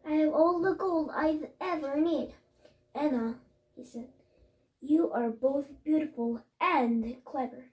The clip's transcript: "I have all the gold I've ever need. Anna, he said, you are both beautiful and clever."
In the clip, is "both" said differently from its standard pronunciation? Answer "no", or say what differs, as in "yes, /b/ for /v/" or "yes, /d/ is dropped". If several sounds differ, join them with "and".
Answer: no